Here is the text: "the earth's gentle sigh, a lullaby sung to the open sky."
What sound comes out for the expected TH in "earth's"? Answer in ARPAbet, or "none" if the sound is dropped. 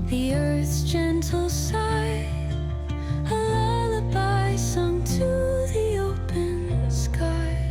TH